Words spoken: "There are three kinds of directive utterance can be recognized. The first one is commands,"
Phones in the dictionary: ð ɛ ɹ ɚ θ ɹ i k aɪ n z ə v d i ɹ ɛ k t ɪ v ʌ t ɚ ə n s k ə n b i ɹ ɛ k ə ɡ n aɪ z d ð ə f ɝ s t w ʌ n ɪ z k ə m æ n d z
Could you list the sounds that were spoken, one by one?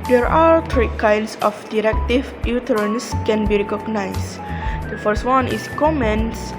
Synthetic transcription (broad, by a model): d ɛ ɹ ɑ t ɹ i k aɪ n s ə f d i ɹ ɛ k t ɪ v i t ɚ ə n s k ə n b i ɹ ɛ k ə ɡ n aɪ s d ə f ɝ s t w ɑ n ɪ s k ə m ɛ n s